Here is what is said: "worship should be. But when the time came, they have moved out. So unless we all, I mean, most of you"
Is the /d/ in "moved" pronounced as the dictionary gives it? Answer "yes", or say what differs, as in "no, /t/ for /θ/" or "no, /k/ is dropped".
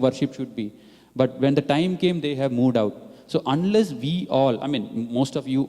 yes